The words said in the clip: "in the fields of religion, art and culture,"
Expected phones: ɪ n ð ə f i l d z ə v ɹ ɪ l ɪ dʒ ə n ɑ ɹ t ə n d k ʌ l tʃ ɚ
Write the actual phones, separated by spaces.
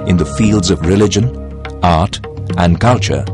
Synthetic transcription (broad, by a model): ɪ n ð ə f i l d z ə v ɹ ɪ l ɪ dʒ ə n ɑ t t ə n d k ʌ l tʃ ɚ